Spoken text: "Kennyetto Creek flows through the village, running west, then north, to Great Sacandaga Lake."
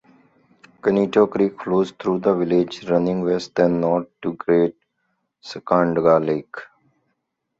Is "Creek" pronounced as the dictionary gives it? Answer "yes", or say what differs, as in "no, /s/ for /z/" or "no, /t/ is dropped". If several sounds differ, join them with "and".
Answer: yes